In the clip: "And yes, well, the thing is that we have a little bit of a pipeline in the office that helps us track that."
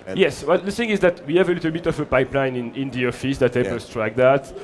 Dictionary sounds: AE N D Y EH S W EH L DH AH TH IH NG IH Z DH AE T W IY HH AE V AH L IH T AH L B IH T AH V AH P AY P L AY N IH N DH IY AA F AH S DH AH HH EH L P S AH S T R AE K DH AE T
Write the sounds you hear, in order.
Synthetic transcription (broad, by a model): Y EH S W EH L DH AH TH IH NG IH Z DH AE T W IY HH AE V AH L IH T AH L B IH T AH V AH P AY P L AY N IH N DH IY AA F AH S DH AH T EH P AH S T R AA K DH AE T